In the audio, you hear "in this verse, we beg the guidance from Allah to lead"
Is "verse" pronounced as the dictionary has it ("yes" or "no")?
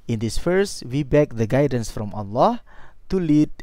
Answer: no